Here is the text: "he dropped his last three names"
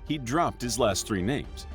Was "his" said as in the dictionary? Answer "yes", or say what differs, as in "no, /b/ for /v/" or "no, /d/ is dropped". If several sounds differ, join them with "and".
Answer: yes